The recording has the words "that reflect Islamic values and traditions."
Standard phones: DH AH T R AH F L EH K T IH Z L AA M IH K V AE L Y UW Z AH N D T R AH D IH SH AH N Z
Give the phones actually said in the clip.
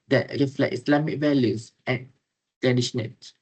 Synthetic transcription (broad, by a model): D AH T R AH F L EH T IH S L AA M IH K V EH L Y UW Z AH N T R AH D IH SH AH N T